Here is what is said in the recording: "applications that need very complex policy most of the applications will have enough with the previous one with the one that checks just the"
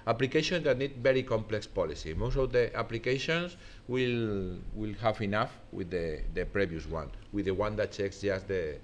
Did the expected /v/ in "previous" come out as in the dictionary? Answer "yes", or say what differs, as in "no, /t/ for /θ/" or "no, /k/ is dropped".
no, /b/ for /v/